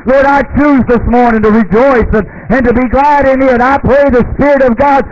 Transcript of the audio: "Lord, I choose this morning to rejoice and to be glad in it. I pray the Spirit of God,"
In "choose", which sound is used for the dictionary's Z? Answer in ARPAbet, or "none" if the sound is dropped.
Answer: Z